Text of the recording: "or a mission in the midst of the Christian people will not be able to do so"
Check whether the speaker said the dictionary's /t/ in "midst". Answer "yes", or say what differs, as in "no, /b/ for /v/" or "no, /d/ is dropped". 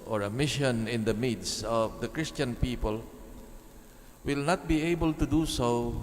no, /t/ is dropped